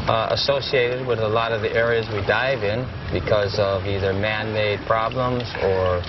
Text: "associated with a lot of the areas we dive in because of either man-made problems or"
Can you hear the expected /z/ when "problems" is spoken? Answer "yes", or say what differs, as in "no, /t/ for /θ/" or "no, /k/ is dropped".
yes